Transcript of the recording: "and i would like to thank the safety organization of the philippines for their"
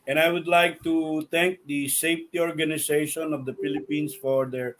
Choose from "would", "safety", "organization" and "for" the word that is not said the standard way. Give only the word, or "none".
organization